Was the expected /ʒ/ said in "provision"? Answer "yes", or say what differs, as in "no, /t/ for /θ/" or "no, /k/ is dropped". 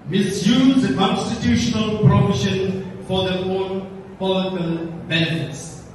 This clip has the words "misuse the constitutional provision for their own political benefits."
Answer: no, /ʃ/ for /ʒ/